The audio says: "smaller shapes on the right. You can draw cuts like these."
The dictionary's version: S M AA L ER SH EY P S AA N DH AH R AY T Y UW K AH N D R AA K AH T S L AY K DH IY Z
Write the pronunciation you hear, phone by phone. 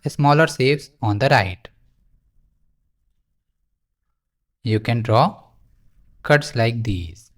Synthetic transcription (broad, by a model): S M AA L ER S EY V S AA N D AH R AY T Y UW K AH N D R AA K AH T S L AY K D IY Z